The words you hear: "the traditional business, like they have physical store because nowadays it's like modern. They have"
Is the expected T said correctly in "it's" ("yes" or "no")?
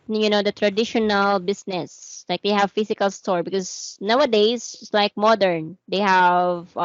no